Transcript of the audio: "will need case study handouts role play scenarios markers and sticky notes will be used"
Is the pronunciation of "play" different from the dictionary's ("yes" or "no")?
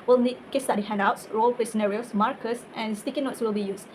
yes